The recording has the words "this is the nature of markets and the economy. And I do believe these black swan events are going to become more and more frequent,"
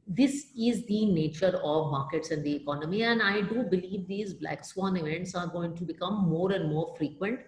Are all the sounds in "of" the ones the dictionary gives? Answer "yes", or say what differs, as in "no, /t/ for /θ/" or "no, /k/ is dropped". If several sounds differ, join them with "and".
yes